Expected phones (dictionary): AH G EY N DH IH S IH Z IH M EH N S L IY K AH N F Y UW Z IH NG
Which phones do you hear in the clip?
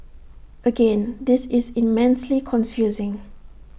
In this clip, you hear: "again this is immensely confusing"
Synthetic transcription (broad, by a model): AH G EY N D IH S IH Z IH M EH N S L IY K AH N F Y UW Z IH NG